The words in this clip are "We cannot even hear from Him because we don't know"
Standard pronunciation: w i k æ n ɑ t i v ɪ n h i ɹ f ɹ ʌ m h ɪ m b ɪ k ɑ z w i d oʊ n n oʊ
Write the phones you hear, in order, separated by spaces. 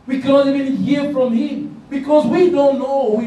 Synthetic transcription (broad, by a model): w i k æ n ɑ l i b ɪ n h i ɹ f ɹ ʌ m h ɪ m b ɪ k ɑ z w i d oʊ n n oʊ